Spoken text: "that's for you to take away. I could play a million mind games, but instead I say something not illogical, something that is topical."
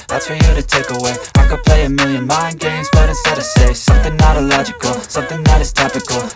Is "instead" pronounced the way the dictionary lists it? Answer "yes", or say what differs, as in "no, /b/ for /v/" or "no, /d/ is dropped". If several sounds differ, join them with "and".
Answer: no, /n/ is dropped